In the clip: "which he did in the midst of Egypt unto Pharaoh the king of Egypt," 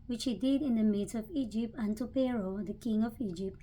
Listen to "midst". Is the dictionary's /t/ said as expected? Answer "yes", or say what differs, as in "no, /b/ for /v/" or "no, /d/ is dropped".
no, /t/ is dropped